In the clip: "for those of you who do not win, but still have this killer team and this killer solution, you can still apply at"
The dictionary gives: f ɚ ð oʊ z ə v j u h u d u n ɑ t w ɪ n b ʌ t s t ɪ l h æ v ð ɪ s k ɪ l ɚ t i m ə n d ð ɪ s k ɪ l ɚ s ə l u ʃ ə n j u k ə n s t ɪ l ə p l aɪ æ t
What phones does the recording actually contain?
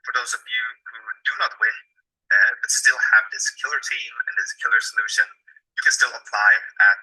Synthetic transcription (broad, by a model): f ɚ ð oʊ z ə v j u h u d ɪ n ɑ t w ɪ n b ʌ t s t ɪ l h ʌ v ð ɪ s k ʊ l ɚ t i m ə n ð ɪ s k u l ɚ s ə l u ʃ ə n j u k ə n s t ɪ l ə p l aɪ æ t